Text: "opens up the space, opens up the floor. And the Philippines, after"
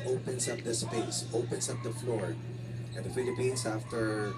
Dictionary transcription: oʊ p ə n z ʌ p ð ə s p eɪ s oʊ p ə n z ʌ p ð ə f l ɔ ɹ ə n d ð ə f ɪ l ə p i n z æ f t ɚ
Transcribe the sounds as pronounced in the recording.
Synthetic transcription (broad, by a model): oʊ p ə n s ʌ p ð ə s p eɪ s oʊ p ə n s ʌ p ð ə f l ɔ ɹ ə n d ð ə f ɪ l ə p i n s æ f t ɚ